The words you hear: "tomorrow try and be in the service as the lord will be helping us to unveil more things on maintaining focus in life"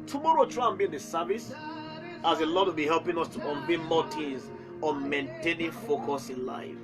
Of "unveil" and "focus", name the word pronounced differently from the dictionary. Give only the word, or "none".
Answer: unveil